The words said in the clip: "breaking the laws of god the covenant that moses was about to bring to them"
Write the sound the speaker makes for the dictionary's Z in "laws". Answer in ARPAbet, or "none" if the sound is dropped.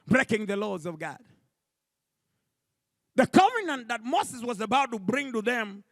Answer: Z